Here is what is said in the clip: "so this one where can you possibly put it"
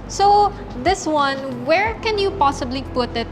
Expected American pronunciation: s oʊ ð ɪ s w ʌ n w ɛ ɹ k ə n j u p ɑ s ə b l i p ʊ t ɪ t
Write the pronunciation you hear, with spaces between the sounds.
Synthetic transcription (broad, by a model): s oʊ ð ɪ s w ʌ n w ɛ ɹ k ə n j u p ɑ s ə b l i p ʊ t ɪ t